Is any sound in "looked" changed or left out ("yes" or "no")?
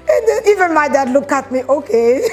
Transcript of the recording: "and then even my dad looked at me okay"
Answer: yes